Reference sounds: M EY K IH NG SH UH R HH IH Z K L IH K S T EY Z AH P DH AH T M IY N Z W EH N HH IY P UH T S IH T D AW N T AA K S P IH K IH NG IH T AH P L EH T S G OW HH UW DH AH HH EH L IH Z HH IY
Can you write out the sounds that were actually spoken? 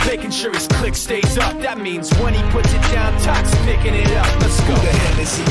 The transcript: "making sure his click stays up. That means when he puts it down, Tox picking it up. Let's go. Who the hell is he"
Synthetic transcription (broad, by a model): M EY K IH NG SH UH R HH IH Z K L IH K S T EY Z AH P DH AH T M IY N Z W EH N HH IY P UH T S IH T D AW N T AA K S P IH K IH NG IH T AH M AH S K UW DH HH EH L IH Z